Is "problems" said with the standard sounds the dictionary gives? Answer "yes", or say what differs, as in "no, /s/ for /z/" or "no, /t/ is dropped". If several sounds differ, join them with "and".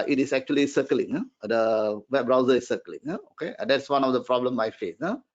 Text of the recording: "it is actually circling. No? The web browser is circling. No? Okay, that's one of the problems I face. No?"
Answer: no, /z/ is dropped